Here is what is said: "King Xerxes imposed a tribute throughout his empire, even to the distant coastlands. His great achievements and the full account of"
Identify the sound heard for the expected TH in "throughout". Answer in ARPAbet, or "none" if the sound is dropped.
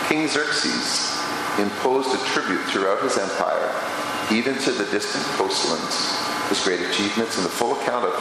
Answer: TH